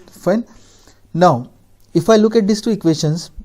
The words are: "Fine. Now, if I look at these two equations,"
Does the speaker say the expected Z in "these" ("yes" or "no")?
no